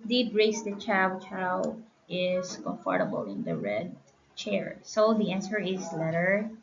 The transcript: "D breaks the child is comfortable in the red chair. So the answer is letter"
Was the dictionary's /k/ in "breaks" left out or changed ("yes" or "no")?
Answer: yes